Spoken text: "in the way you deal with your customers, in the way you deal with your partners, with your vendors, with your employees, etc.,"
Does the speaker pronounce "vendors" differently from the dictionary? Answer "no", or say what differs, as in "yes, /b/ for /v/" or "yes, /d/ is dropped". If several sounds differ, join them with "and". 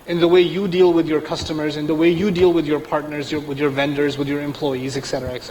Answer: no